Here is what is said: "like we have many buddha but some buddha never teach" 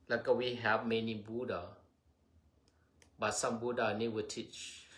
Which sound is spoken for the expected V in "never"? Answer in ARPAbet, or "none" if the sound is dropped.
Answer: W